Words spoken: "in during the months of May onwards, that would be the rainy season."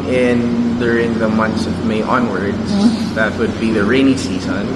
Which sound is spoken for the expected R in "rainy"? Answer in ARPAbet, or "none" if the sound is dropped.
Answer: R